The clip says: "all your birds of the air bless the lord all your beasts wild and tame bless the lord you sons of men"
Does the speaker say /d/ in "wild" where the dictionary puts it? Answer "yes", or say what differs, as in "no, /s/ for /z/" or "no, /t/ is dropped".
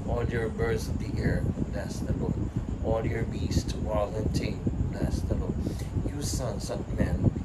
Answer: no, /d/ is dropped